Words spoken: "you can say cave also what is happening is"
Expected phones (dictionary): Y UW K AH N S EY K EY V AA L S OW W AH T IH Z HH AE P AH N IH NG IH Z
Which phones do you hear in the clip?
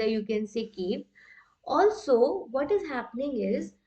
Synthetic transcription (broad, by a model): Y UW K AH N S EY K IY P AA L S OW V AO T IH Z HH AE P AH N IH NG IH Z